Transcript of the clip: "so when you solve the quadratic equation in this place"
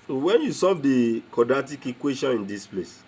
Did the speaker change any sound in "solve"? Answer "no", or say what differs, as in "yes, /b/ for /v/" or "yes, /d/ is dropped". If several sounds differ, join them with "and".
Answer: yes, /l/ is dropped